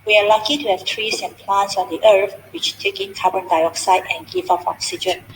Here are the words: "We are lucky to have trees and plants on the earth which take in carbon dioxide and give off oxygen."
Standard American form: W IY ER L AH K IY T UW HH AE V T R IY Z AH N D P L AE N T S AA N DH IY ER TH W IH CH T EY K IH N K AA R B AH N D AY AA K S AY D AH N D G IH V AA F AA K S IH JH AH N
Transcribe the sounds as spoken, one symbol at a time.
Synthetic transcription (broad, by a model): W IY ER L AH K IY T UW HH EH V T R IY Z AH N P L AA N T S AA N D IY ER F W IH CH T EY K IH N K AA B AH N D AY AA K S AY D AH N G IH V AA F AA K S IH JH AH N